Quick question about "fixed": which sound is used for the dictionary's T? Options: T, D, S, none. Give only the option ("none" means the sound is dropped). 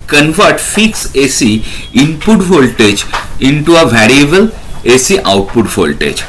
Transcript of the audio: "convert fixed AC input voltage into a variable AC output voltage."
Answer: none